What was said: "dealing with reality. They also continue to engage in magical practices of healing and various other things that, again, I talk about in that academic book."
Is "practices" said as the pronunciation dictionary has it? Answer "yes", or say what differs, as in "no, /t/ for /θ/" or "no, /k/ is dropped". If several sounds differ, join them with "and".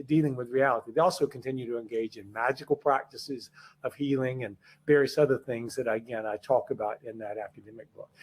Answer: yes